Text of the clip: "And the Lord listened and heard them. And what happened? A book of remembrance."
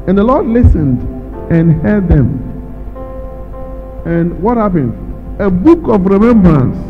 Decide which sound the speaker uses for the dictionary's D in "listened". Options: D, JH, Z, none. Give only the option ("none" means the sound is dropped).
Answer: D